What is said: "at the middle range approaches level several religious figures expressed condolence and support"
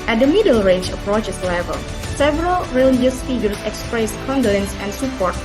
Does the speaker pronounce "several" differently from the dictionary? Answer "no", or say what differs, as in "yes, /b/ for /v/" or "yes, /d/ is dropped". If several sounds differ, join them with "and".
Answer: no